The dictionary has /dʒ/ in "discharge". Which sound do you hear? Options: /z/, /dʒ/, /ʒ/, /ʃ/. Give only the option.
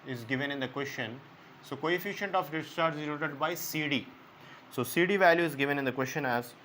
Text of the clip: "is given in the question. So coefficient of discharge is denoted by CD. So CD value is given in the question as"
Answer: /z/